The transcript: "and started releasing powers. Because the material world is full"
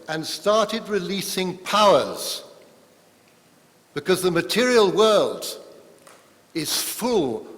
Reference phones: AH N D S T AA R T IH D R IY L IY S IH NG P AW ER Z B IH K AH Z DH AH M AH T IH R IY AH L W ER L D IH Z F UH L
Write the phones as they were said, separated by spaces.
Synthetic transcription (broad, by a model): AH N S T AA R T IH D R IY L IY S IH NG P AW ER Z B IH K AH Z DH AH M AH T IH R IY AH L W ER L D IH Z F UH L